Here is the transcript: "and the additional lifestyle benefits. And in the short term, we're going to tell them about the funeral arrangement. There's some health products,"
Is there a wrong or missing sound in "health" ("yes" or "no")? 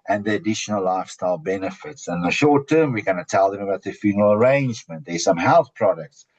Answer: no